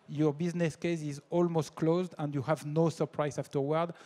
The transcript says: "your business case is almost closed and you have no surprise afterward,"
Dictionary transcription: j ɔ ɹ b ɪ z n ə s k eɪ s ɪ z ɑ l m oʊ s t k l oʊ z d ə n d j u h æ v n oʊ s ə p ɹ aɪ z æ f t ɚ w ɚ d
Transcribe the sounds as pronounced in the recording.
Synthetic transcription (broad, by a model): j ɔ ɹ b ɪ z n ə s k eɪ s ɪ z ɑ l m oʊ s t k l oʊ z d ə n d j u h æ v n oʊ s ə p ɹ aɪ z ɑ f t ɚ w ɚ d